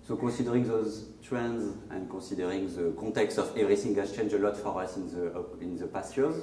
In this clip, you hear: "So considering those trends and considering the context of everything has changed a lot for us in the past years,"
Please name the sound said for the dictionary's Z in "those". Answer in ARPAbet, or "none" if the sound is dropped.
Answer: Z